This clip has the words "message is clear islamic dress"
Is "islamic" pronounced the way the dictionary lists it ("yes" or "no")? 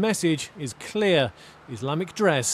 yes